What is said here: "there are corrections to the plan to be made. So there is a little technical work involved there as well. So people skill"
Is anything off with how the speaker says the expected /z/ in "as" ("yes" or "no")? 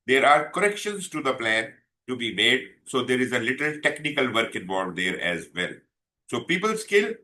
no